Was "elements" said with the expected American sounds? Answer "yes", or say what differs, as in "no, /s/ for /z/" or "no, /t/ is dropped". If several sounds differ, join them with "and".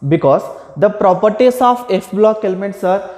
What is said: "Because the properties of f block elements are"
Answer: yes